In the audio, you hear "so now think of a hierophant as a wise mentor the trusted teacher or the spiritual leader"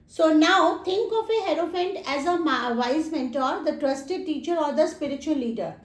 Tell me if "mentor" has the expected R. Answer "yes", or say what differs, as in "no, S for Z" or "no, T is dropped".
yes